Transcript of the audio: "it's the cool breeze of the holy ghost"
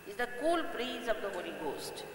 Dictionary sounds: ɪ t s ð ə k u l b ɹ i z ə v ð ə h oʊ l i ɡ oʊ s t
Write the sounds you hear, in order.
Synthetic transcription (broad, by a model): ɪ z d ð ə k u l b ɹ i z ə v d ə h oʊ n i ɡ oʊ s t